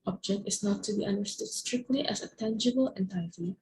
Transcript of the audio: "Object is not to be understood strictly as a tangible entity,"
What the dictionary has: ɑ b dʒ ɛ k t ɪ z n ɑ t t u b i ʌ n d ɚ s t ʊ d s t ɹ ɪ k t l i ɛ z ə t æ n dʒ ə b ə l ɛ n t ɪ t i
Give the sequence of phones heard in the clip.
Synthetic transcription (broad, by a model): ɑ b dʒ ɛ k t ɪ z n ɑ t t u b i ʌ n d ɚ s t ʊ d s t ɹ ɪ k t l i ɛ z ə t æ n dʒ ə b ə l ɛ n t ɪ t i